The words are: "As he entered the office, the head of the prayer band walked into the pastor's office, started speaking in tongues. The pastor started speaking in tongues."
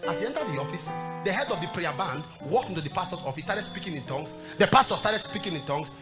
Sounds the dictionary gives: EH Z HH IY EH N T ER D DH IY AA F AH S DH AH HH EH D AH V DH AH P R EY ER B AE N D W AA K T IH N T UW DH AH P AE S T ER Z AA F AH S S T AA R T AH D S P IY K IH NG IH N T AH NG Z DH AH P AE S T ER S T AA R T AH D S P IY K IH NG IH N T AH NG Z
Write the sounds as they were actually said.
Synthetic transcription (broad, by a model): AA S HH IY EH N T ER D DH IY AA F AH S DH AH HH EH D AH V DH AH P R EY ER B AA N D W AA K T IH N T UW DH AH P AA S T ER S AA F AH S S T AA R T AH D S P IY K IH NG IH N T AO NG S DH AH P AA S T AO S T AA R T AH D S P IY K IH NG IH N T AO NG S